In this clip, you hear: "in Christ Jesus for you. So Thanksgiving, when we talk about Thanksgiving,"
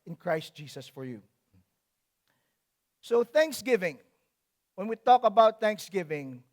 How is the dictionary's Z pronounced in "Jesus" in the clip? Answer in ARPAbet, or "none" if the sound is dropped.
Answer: S